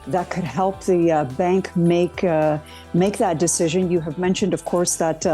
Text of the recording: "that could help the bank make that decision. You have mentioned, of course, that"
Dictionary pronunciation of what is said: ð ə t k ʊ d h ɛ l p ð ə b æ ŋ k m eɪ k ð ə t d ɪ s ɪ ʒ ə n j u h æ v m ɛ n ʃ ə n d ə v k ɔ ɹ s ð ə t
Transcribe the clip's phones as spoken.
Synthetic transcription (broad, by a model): ð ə t k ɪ d h ɛ l p ð ə b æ ŋ k m eɪ k ð ə t d ɪ s ɪ ʒ ə n j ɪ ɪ v m ɛ n ʃ ə n d ə v k ɔ ɹ s ð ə t